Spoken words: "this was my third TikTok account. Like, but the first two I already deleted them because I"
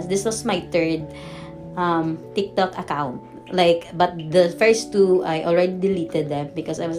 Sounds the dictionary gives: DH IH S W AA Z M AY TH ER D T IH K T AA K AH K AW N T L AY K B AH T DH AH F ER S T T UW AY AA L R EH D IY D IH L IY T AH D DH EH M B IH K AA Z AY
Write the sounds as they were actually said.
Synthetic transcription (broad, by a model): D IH S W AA S M AY T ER D T IH K T AA K AH K AW N T L AY K B AH T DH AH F ER S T T UW AY AA L R EH D IY D IH L IY T AH D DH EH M B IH K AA S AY